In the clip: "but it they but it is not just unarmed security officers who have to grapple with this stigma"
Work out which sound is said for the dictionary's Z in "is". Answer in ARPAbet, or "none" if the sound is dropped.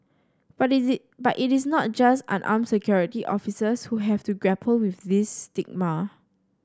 S